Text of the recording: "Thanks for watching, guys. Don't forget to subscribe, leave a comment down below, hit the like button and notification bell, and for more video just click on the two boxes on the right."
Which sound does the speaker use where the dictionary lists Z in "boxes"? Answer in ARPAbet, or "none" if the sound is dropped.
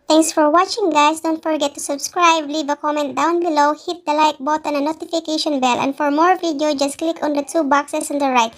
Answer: S